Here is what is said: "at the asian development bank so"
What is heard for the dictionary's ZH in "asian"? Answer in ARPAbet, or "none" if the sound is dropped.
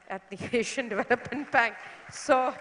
SH